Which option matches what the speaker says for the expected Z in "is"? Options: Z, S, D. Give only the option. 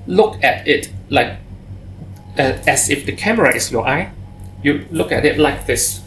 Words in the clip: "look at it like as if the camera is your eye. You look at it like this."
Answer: S